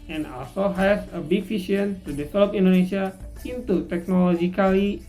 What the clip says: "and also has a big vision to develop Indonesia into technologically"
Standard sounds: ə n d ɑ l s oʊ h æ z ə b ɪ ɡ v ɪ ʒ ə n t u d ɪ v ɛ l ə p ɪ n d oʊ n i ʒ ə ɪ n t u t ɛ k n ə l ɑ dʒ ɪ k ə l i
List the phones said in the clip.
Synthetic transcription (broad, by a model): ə n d ɑ l s oʊ h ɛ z ə b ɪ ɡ f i ʃ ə n t u d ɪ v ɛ l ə p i n d oʊ n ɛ ʃ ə ɪ n t u t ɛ k n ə l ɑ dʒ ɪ k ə l i